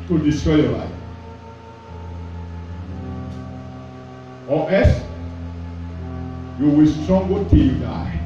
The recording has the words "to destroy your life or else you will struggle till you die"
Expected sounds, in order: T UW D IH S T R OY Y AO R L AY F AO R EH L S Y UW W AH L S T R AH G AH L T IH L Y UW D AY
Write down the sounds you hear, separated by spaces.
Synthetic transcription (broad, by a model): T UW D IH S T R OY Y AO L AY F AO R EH S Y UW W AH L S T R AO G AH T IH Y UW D AY